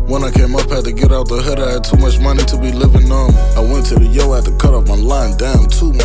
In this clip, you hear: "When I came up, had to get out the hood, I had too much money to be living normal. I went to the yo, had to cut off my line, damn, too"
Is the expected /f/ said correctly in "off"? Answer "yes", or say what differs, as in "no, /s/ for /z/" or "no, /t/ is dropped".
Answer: no, /p/ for /f/